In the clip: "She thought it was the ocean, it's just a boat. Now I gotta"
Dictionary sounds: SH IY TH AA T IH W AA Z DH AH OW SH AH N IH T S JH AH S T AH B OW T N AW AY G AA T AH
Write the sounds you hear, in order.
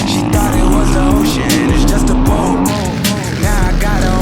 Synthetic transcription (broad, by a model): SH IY T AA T IH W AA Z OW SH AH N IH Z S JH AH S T AH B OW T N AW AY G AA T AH